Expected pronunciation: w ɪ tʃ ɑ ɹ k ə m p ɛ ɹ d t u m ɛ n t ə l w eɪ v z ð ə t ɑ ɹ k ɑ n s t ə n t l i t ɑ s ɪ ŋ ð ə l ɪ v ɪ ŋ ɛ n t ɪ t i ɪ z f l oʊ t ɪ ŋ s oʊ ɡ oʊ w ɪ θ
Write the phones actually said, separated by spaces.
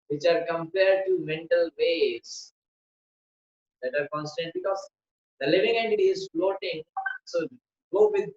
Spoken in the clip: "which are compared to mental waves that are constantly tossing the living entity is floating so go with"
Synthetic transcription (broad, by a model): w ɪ tʃ ɑ ɹ k ə m p ɛ ɹ d t u m ɛ n t ə l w eɪ z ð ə t ɑ ɹ k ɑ n s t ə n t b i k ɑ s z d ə l ɪ v ɪ ŋ ɛ n t ɪ t i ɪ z f l oʊ t ɪ ŋ s oʊ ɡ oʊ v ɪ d